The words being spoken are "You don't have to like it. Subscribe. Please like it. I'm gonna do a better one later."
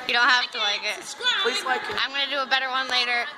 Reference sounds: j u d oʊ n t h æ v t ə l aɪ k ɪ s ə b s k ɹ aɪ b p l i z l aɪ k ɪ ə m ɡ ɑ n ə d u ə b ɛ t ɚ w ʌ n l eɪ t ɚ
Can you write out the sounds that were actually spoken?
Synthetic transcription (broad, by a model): j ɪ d oʊ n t h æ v t ə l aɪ ɪ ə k ɪ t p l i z l aɪ k ɪ ə m ɡ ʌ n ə d ə b ɛ t ɚ w ʌ n l eɪ t ɚ